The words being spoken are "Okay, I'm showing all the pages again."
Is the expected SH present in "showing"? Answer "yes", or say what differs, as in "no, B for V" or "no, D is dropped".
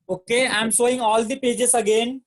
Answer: no, S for SH